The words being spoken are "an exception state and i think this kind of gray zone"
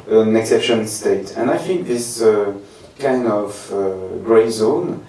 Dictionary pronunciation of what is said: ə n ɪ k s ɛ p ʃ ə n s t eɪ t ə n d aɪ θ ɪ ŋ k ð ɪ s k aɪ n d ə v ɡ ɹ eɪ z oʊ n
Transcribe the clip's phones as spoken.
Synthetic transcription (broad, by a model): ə n ɪ k s ɛ p ʃ ə n s t eɪ t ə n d aɪ f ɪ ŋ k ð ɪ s k aɪ n d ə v ɡ ɹ eɪ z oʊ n